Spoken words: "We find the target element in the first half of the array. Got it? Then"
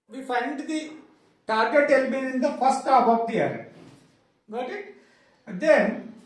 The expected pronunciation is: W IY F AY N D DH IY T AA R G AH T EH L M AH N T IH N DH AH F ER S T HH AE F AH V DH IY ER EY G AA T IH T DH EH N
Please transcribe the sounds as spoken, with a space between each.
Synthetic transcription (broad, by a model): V IY F AY N D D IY T AA R G AH T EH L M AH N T IH N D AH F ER S T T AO P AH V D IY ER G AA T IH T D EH N